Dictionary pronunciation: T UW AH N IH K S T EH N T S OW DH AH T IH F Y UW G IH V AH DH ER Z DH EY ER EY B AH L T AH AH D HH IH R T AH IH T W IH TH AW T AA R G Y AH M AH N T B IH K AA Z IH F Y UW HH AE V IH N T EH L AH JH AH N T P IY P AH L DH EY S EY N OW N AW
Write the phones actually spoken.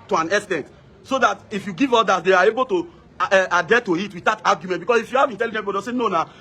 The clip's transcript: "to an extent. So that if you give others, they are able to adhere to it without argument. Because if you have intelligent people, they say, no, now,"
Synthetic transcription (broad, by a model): T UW AH N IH S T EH N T S OW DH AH T IH F Y UW G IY V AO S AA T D EY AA EY B AH L T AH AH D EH T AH IH T W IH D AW T AA G Y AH M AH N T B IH K AA S IH F Y UW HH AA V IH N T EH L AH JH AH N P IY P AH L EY S EY N OW N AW